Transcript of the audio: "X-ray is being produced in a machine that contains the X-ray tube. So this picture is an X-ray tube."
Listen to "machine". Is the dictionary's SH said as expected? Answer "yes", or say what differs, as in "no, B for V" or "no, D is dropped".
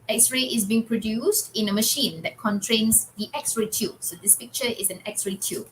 yes